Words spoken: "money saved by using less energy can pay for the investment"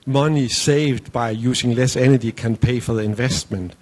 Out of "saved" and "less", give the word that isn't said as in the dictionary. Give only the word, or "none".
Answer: none